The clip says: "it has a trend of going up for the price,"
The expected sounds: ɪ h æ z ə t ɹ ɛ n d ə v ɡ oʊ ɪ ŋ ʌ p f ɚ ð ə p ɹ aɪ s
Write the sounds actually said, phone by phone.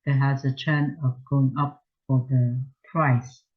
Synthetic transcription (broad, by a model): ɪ h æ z ə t ɛ n ə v ɡ oʊ ɪ ŋ ʌ p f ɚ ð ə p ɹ aɪ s